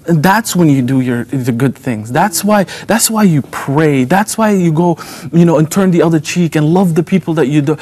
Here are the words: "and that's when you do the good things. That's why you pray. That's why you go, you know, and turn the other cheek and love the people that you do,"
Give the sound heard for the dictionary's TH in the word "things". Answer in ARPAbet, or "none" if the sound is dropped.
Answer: TH